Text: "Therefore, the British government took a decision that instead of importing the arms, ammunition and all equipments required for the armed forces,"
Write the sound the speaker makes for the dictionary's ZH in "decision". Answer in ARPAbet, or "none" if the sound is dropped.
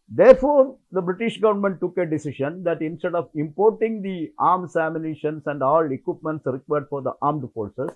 SH